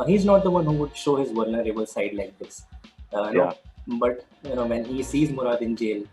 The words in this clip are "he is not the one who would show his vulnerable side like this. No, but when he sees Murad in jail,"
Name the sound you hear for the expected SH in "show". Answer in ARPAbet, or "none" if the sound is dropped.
SH